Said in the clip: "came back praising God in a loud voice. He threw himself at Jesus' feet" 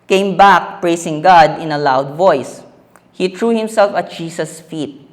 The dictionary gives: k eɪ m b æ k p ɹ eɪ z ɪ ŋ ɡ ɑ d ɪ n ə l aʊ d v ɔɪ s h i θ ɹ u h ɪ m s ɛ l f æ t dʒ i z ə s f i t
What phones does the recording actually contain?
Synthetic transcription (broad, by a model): k eɪ m b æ k p ɹ eɪ s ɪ ŋ ɡ ɑ d ɪ n ə l aʊ d v ɔɪ s h i t ɹ u h ɪ m s ɛ l f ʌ t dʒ i s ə s f i t